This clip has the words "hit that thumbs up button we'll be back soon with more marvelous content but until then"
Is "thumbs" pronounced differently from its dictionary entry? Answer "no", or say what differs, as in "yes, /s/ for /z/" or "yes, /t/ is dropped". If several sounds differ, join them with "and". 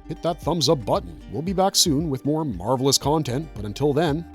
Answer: no